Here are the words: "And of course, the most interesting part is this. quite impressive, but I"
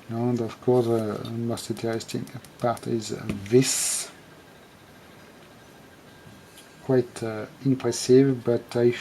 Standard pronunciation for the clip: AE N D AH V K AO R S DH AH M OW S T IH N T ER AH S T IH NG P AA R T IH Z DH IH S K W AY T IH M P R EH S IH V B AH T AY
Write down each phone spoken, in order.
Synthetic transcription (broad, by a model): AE N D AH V K AO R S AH M OW S T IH T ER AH S T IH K P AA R T IH Z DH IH S K W AY T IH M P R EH S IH V B AH T AY